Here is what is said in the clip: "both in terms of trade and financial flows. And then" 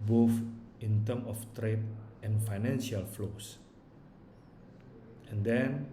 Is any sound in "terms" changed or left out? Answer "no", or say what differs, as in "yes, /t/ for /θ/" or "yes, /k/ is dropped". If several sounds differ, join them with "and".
yes, /z/ is dropped